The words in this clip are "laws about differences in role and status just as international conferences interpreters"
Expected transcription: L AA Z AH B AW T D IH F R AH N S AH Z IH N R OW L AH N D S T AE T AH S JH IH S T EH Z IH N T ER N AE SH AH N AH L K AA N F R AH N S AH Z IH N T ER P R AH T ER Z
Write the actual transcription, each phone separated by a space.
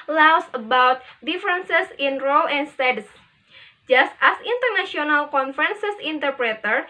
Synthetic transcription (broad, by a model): L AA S AH B AW T D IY F R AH N S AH S IH N R OW L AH N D S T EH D S JH IH S T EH S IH N T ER N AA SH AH N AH L K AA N F R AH N S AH S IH N T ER P R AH T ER